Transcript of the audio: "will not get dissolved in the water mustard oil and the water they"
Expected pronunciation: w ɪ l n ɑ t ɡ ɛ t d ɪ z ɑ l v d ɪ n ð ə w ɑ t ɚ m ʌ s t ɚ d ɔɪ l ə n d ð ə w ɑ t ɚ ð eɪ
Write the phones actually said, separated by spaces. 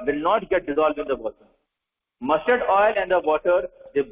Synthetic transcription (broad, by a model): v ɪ l n ɑ t ɡ ɛ t d ɪ z ɑ l v d ɪ n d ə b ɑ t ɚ m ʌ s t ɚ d ɔɪ l ə n d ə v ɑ t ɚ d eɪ